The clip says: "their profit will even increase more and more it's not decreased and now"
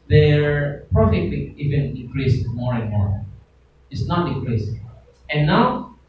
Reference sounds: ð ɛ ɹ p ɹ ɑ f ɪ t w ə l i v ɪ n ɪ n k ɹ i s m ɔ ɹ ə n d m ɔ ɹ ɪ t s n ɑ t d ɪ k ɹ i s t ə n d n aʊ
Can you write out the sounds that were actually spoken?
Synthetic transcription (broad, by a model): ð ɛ ɹ p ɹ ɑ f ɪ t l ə i v ɪ n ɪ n k ɹ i s m ɔ ɹ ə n m ɔ ɹ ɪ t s n ɑ t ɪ k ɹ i s ə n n aʊ